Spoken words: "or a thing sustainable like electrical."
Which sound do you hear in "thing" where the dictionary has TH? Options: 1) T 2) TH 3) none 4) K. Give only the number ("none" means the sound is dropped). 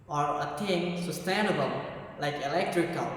1